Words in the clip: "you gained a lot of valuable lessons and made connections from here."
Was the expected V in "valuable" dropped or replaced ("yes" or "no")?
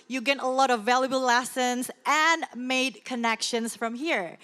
no